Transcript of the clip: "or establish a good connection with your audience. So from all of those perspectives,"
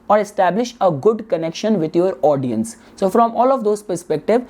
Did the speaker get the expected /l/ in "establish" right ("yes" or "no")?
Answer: yes